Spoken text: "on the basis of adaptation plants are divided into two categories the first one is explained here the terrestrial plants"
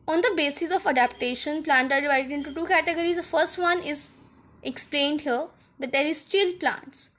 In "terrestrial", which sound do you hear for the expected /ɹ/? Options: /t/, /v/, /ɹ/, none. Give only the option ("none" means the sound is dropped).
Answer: none